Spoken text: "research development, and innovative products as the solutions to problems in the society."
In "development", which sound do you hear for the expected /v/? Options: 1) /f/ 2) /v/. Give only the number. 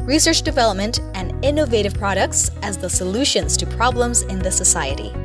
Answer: 2